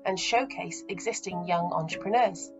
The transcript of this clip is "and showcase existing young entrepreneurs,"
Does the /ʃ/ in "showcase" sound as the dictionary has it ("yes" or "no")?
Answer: yes